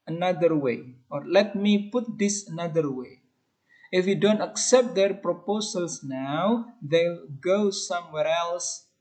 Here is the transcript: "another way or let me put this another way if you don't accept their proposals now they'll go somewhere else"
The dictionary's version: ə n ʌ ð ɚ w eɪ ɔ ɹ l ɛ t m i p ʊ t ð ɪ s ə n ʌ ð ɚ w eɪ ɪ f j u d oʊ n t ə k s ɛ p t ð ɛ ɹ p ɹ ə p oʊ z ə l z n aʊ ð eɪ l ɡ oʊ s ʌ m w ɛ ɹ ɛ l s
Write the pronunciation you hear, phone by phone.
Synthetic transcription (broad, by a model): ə n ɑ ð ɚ w eɪ ɔ ɹ l ɛ t m i p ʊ t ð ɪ s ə n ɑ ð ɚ w eɪ ɪ f j u d oʊ n t ə k s ɛ p t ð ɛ ɹ p ɹ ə p oʊ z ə l s n aʊ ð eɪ l ɡ oʊ s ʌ m w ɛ ɹ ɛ l s